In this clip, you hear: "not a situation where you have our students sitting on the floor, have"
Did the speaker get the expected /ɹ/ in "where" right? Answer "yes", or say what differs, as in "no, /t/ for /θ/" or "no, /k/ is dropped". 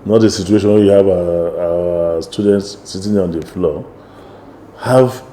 no, /w/ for /ɹ/